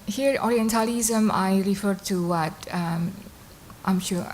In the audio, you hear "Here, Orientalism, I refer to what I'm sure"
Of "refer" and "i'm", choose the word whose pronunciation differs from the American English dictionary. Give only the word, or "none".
none